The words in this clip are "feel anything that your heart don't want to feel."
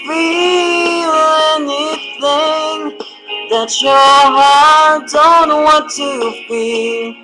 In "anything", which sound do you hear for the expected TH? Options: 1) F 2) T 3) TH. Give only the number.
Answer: 3